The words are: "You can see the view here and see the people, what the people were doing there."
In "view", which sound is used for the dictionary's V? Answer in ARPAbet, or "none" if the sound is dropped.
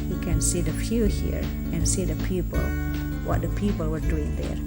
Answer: F